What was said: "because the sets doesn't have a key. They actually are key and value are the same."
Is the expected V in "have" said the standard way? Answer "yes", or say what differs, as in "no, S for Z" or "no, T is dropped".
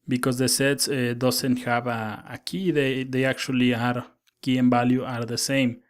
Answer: no, B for V